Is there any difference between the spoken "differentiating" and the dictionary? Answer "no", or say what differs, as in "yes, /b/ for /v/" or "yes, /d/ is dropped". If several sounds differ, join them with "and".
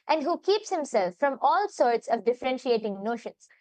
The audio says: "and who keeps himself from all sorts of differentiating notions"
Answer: no